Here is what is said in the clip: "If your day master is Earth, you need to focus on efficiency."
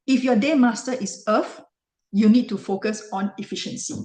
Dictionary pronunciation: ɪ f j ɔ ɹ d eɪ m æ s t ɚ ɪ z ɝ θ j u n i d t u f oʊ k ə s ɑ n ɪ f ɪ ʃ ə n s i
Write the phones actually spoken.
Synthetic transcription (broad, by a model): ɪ f j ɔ d eɪ m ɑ s t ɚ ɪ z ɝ f j u n i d t u f oʊ k ə s ɑ n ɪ f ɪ ʃ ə n s i